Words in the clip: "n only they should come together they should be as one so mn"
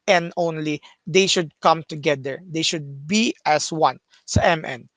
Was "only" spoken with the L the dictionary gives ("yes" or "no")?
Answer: yes